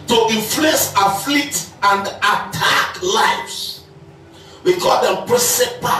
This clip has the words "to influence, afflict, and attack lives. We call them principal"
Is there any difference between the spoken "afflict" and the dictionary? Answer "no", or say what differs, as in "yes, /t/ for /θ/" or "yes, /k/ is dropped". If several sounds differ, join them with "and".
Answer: yes, /k/ is dropped